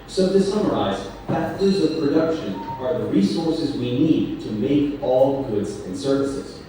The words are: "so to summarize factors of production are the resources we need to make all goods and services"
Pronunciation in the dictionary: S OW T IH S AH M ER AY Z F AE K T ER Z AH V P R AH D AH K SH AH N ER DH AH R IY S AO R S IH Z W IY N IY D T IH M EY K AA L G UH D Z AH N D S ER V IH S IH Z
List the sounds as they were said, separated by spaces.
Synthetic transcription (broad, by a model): S OW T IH S AH M ER AY Z P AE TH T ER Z AH V P R AH D AH K SH AH N ER DH AH R IY S AO R S IH Z W IY N IY D T IH M EY K AA L G UH D Z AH N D S ER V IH S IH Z